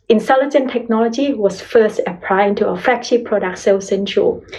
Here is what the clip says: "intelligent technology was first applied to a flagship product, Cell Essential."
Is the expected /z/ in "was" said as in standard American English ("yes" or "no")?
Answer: no